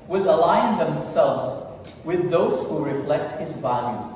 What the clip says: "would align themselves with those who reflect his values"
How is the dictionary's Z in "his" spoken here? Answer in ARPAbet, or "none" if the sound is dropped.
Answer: Z